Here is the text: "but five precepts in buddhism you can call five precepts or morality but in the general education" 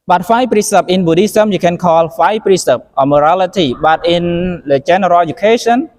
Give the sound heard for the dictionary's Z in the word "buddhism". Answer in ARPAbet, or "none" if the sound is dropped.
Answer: S